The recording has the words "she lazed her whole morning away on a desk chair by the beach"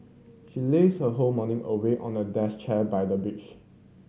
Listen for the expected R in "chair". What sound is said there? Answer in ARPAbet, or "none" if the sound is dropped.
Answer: L